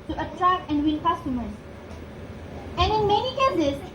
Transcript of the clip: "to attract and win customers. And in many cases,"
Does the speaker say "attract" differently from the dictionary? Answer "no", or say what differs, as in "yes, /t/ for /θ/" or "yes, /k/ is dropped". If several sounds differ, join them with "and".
no